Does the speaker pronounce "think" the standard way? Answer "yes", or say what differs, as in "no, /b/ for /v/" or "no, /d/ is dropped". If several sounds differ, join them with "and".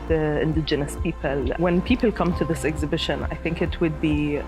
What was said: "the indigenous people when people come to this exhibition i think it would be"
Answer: yes